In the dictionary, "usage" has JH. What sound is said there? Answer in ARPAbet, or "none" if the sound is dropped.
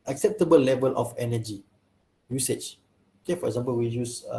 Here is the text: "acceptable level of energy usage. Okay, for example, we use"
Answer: CH